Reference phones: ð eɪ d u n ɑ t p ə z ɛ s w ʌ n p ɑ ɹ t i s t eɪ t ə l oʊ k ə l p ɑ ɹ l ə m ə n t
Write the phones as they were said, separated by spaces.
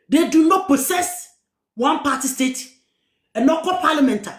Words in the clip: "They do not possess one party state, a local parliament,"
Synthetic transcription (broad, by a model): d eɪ d u n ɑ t p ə s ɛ s w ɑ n p ɑ t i s t eɪ t ə n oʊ k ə p ɑ l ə m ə n t